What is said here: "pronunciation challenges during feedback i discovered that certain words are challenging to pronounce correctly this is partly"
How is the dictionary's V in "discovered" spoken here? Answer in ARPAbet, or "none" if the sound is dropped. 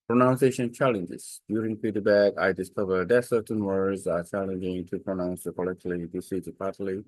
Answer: V